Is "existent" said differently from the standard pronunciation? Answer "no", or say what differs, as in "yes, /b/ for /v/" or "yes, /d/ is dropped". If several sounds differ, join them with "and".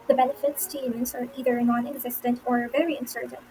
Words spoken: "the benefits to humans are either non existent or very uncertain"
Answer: no